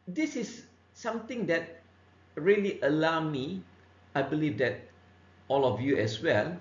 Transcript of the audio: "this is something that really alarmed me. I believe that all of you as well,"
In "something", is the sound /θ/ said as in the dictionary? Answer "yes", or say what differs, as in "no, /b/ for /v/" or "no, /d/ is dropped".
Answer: no, /t/ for /θ/